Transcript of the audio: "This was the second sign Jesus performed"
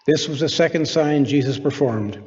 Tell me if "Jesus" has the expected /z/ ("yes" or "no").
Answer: yes